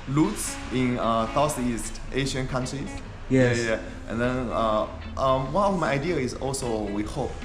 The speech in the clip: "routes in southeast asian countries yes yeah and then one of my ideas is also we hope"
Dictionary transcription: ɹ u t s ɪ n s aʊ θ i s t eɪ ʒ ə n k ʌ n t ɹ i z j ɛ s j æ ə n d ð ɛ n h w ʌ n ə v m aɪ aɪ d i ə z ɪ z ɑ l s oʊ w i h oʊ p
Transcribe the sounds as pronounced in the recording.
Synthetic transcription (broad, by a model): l u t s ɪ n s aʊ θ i s t eɪ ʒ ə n k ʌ n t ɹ i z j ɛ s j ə n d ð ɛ n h w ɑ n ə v m aɪ aɪ d i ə ɪ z ɑ l s oʊ w i h oʊ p